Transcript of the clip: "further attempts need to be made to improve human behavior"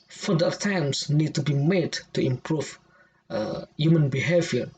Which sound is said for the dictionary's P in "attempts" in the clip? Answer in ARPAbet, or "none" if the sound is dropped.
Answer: none